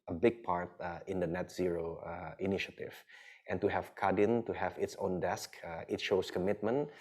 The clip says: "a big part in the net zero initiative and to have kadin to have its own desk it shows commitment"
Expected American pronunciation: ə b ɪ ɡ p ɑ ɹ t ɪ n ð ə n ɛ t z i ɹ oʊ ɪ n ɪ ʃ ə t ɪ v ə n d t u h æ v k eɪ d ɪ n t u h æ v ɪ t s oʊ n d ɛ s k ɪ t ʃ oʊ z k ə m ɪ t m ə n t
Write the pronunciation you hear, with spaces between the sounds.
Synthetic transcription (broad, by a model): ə b ɪ ɡ p ɑ ɹ t ɪ n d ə n ɛ t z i ɹ oʊ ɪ n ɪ ʃ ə t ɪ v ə n t u h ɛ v k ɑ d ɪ n t u h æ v ɪ t s oʊ n d ɛ s k ɪ t ʃ oʊ s k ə m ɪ t m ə n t